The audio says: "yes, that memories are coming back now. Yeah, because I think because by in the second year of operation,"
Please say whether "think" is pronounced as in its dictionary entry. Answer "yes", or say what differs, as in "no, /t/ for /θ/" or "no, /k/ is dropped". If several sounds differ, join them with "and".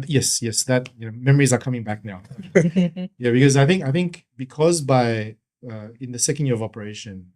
yes